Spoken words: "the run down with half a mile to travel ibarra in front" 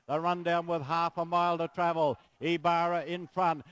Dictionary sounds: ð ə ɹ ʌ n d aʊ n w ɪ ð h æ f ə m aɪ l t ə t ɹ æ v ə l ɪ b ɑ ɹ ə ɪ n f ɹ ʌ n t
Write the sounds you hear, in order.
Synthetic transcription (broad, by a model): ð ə ɹ ʌ n d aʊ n w ɪ ð h æ f ə m aɪ l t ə t ɹ æ v ə l ɪ b ɑ ɹ ə ɪ n f ɹ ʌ n t